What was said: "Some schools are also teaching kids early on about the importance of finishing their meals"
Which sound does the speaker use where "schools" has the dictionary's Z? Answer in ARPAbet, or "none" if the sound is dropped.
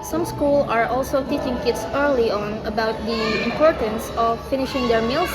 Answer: none